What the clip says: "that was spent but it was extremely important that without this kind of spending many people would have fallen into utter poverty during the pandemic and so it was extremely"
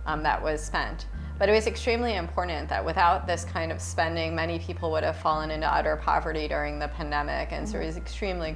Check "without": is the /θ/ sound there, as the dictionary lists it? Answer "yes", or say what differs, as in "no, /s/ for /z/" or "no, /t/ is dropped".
yes